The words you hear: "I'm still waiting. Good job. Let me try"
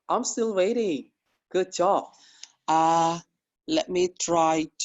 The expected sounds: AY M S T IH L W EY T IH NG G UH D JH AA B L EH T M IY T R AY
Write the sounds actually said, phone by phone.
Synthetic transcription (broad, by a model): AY M S T IH L W EY T IH NG G UH D CH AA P L EH T M IY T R AY